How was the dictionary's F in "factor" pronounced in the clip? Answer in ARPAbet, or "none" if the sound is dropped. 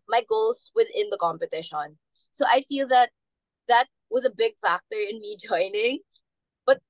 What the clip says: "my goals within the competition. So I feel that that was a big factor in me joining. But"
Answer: F